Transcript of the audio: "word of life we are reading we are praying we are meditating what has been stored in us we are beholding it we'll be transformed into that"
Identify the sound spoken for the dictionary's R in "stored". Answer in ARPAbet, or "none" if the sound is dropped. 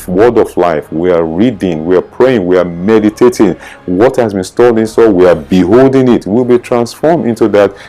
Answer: L